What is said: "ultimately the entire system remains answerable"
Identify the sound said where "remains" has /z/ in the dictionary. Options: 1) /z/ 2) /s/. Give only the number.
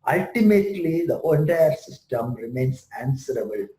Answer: 2